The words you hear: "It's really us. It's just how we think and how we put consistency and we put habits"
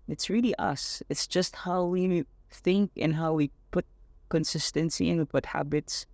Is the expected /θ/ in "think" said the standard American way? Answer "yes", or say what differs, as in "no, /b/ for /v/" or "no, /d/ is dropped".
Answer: yes